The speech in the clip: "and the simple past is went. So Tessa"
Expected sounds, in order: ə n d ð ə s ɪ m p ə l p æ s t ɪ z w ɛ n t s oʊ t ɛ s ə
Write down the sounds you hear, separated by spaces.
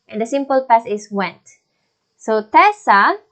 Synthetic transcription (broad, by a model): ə n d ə s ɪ m p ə l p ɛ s ɪ s w ɛ n t s oʊ t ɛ s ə